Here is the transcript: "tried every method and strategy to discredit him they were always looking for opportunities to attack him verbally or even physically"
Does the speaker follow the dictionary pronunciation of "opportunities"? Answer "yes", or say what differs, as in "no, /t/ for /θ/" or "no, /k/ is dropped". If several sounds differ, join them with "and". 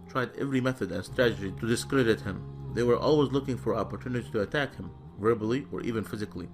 no, /z/ is dropped